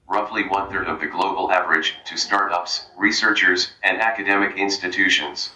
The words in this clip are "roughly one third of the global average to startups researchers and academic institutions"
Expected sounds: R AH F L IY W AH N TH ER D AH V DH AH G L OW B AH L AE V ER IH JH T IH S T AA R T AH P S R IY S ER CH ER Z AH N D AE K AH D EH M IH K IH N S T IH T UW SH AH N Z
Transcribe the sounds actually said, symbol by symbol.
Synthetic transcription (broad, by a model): R AH F L IY W AH N TH ER D AH V DH AH G L OW B L AE V ER IH JH T IH S T AA R T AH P S R IY S ER CH ER Z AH N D AE K AH D EH M IH K IH N S T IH T UW SH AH N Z